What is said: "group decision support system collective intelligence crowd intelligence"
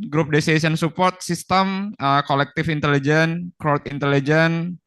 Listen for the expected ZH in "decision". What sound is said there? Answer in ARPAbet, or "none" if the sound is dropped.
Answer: S